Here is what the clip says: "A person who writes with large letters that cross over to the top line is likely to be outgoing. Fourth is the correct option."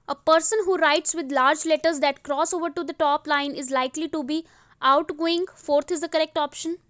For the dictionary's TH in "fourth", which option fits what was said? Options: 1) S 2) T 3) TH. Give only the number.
2